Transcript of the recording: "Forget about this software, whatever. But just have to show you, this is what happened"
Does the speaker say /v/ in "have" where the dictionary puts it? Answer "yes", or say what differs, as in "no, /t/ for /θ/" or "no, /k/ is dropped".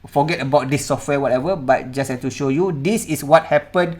no, /f/ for /v/